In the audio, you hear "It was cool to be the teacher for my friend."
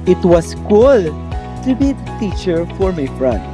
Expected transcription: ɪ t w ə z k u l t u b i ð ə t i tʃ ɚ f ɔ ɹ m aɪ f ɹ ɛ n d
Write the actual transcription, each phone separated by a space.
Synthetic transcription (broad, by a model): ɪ t w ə s k u l t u b i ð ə t i tʃ ɚ f ɔ ɹ m aɪ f ɹ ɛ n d